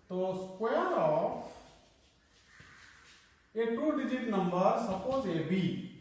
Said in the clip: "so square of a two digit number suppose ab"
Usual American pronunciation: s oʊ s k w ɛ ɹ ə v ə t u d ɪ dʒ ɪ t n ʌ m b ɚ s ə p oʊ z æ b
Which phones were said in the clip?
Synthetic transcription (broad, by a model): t oʊ s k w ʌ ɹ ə p ə t u d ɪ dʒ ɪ t n ʌ m b ɚ s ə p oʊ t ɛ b